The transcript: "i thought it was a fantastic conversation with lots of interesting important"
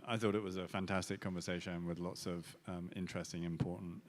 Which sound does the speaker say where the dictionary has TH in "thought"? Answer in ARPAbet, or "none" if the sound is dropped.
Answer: TH